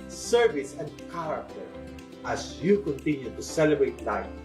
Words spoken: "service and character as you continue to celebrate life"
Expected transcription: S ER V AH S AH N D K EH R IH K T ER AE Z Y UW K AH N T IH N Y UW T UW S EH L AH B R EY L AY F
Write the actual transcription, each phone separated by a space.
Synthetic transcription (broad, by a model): S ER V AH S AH N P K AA W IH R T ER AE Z Y UW K AH N T IH N Y UW T UW S EH L AH B R EY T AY